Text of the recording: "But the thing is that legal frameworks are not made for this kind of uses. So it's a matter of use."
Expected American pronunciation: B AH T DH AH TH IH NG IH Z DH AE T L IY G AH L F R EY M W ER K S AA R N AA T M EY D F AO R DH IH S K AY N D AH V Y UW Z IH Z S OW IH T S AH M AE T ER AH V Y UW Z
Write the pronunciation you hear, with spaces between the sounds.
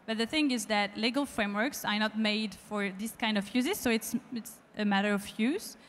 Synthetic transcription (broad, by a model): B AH T DH AH TH IH NG IH Z DH AE T L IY G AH L F R EY M W ER K S AA R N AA T M EY D F AO R DH IH S K AY N D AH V Y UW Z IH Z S OW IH T S AH M AE T ER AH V Y UW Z